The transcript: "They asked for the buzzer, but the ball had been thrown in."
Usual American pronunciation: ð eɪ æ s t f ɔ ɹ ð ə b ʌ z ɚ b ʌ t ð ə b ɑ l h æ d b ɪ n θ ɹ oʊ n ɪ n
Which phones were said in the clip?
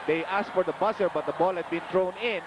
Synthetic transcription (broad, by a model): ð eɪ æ s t f ɔ ɹ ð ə b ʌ s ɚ b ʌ t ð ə b ɑ l h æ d b ɪ n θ ɹ oʊ n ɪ n